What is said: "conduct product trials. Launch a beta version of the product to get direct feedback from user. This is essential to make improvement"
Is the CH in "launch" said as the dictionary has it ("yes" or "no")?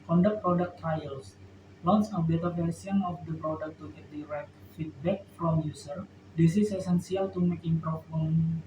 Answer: no